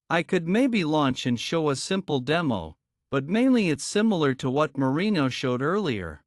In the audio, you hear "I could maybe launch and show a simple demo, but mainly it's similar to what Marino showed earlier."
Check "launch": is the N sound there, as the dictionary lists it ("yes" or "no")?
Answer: yes